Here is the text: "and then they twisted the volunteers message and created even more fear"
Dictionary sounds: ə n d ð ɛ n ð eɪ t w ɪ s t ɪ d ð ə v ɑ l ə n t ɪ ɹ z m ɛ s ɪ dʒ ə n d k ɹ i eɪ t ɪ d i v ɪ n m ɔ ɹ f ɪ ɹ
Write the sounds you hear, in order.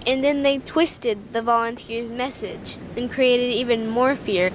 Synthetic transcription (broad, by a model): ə n ð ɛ n ð eɪ t w ɪ s t ɪ d ð ə v ɑ l ə n t ɪ ɹ z m ɛ s ɪ dʒ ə n k ɹ i eɪ t ɪ d i v ɪ n m ɔ ɹ f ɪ ɹ